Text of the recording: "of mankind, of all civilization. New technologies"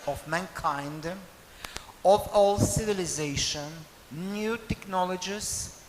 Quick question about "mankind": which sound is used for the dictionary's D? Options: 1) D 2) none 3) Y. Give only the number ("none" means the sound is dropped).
1